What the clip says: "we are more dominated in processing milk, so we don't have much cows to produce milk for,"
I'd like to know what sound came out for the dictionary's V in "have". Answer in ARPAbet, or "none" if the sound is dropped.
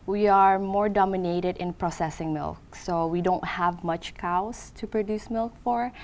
V